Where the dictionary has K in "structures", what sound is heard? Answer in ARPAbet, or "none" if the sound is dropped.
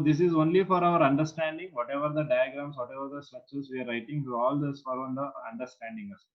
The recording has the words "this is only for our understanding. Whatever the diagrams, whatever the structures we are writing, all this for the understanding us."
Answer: none